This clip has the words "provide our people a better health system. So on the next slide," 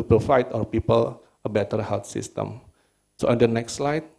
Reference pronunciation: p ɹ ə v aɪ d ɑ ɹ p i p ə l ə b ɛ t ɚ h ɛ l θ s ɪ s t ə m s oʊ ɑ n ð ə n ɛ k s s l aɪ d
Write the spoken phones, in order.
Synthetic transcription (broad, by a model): p ɹ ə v aɪ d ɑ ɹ p i p ə l ə b ɛ t ɚ h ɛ l t s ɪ s t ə m s oʊ ɑ n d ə n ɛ k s s l aɪ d